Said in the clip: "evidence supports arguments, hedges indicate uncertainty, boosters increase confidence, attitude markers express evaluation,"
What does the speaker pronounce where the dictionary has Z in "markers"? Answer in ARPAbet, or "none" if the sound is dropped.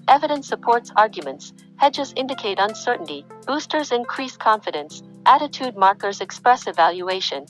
Z